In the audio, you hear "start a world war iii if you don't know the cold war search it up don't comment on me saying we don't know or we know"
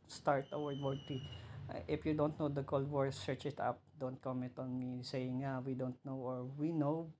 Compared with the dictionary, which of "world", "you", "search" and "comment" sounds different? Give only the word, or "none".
world